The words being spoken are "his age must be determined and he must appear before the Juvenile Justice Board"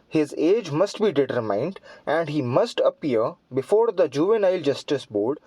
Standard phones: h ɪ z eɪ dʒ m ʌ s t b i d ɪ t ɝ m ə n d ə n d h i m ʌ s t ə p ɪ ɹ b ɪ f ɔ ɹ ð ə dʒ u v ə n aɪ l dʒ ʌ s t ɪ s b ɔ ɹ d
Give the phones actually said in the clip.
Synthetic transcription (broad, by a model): h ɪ z eɪ dʒ m ʌ s t b i d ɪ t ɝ m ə n d ə n d h i m ʌ s t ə p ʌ ɹ b ɪ f ɔ ɹ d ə dʒ u v ə n aɪ l dʒ ʌ s t ɪ s b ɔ ɹ d